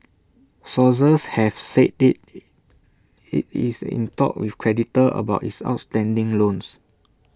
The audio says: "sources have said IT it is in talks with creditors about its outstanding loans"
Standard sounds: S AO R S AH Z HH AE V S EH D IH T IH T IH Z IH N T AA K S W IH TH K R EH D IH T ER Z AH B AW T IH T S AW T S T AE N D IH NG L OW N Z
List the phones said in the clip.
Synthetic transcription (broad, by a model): S AO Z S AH S HH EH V S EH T IH T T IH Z IH N T AA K W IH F K R EH D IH T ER AH B AW T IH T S AW T S T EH N D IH NG L OW N S